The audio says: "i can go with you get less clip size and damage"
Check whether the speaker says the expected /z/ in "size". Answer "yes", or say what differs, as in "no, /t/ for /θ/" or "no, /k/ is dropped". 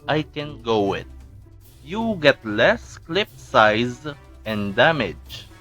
yes